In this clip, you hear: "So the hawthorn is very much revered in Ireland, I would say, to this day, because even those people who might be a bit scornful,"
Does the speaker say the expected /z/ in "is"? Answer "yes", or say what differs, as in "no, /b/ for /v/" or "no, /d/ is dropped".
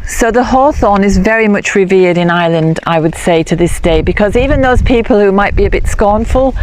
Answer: yes